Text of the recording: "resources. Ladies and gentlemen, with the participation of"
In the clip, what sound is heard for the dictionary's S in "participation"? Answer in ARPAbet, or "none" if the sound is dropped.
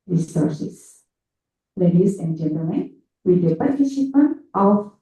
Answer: SH